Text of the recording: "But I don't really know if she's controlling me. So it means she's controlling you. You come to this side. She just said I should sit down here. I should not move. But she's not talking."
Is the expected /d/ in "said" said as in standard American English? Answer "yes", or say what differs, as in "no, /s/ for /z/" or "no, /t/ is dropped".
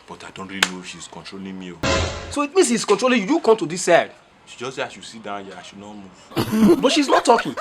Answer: no, /d/ is dropped